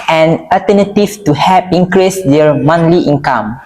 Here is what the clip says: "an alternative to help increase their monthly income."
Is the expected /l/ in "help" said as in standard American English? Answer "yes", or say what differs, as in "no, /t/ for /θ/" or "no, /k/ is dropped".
no, /l/ is dropped